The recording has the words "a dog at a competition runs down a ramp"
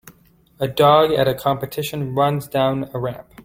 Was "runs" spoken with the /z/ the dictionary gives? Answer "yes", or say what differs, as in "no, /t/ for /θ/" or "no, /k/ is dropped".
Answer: yes